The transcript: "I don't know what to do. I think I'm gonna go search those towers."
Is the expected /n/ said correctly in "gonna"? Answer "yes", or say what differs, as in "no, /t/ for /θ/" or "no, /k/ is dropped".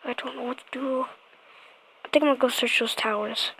no, /n/ is dropped